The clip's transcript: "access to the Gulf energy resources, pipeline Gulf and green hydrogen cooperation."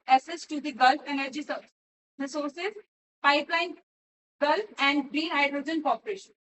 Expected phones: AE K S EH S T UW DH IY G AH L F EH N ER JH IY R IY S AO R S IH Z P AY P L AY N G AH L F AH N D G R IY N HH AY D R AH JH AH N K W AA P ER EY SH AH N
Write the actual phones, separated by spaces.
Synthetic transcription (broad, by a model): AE S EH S T UW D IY G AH L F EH N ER JH IY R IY S AO R S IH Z P AY P L AY N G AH L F AH N D G R IY N HH AY D R AH JH AH N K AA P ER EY SH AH N